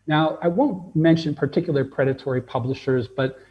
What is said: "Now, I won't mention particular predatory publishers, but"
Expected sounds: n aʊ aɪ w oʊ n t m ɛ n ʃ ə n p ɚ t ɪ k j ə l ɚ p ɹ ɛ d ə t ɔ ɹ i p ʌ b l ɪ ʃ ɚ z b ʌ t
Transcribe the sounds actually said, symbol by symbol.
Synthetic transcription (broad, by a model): n aʊ aɪ w oʊ n t m ɛ n ʃ ə n p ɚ t ɪ k j l ɚ p ɹ ɛ d ə t ɔ ɹ i p ʌ b l ɪ ʃ ɚ z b ʌ t